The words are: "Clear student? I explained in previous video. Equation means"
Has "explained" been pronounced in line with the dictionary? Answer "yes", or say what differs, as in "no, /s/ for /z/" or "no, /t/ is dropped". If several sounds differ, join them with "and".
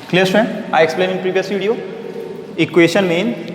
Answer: no, /d/ is dropped